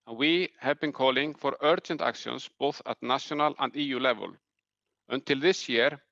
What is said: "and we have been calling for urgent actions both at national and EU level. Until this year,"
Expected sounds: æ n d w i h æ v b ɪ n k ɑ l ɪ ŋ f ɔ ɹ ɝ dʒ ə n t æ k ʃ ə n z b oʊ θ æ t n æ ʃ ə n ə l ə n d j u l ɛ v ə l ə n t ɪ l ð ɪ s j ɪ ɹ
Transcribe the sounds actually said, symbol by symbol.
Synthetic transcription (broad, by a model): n w i h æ v b ɪ n k ɑ l ɪ ŋ f ɔ ɹ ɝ tʃ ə n t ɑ k s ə n s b oʊ θ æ t n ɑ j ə n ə l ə n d j u l ɛ v ə l ə n t ɪ l ð ɪ s j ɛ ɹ